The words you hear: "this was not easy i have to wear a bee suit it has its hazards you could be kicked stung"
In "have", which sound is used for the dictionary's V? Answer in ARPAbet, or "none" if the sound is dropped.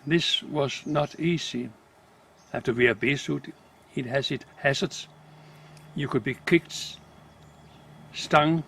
F